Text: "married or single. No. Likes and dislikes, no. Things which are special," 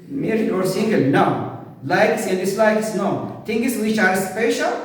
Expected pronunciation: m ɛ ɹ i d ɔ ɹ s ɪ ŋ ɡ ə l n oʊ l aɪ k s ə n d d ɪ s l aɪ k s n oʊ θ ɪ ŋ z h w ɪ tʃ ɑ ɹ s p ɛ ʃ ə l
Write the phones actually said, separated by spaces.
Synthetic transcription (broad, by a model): m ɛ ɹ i ɔ ɹ s ɪ ŋ ɡ ə l n oʊ l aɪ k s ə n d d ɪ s l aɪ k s n oʊ t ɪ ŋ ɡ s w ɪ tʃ ɑ ɹ s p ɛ ʃ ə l